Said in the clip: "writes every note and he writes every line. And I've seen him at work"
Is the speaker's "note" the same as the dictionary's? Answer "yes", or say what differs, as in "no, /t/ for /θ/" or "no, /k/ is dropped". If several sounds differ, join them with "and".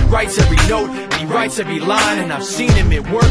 no, /t/ is dropped